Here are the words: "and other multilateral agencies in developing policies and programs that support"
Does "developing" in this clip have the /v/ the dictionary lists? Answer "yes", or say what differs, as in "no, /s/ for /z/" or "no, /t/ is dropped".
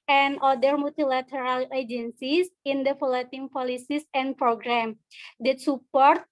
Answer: no, /f/ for /v/